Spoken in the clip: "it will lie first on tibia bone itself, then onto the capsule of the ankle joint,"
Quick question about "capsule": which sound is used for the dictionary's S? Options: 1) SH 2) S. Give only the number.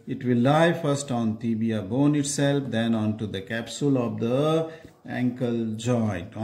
2